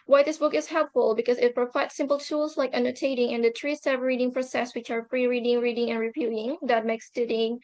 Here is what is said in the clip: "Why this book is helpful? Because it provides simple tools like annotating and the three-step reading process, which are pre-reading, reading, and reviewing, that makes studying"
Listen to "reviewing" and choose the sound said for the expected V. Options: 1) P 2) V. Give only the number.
1